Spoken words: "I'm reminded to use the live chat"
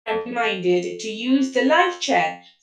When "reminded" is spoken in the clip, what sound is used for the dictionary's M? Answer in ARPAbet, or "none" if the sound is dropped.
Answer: none